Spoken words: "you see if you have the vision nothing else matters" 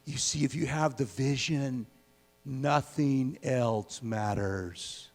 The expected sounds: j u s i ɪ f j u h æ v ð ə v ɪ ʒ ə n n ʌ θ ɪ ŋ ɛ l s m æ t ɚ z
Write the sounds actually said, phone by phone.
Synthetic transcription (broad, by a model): j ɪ s i ɪ f j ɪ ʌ v ð ə v ɪ ʒ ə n n ʌ θ ɪ ŋ ɛ l s m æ t ɚ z